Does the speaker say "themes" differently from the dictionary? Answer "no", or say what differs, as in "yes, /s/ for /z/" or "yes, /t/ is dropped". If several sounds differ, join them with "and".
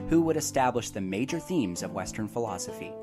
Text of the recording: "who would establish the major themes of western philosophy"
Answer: no